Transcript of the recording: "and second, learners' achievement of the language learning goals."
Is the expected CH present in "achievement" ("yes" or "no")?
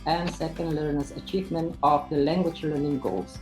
yes